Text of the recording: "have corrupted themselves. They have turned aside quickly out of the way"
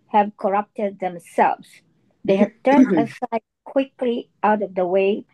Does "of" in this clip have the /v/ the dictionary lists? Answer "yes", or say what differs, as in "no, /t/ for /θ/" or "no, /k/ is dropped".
yes